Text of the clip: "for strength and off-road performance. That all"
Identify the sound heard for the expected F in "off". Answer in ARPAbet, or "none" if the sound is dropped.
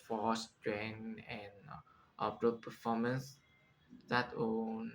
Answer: P